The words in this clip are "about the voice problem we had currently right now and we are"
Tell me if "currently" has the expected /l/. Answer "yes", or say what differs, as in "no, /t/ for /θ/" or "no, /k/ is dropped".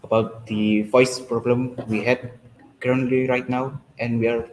yes